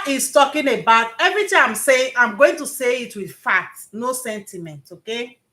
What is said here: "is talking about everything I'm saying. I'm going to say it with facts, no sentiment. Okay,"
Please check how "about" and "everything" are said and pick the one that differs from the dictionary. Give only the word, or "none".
everything